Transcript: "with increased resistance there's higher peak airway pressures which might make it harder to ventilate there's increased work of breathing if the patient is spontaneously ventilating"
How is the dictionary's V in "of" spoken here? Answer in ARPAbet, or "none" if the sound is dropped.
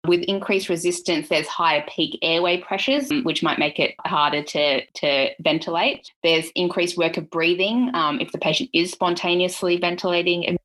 V